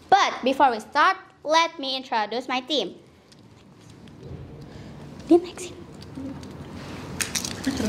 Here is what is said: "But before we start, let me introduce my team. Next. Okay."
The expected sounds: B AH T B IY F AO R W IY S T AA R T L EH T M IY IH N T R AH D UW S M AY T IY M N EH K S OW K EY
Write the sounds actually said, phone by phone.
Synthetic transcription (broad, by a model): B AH T B IY F AO R W IY S T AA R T L EH T M IY IH N T R AH D UW S M AY T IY M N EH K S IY